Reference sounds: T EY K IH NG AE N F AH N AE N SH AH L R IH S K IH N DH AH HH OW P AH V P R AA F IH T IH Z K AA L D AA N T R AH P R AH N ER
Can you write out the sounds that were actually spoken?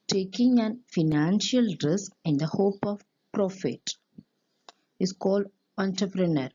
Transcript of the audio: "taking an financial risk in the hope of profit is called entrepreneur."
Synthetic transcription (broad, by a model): T EY K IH NG AE N F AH N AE N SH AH L R IH S K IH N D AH HH OW P AH V P R AA F IH T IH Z K AA L D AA N T R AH P R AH N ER